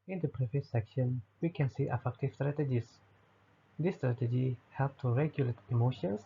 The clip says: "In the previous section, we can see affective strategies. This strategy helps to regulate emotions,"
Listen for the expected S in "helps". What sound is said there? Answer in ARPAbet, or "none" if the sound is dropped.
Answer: none